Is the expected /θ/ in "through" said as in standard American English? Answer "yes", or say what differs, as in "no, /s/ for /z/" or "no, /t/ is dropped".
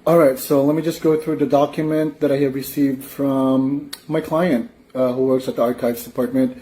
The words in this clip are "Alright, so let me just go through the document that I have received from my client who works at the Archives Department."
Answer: yes